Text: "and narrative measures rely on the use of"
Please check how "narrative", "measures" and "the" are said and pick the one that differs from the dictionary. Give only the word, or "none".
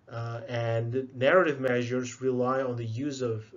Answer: none